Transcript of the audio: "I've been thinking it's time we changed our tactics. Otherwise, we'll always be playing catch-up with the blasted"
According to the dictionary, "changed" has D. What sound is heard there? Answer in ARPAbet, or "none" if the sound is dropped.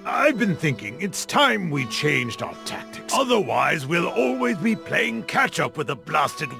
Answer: D